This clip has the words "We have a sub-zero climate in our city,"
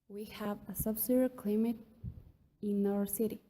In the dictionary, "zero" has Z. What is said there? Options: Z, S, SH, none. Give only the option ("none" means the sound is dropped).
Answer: S